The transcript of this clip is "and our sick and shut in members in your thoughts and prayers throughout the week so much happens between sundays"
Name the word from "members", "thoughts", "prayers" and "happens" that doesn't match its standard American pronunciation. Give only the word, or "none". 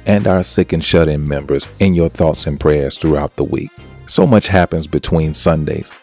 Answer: none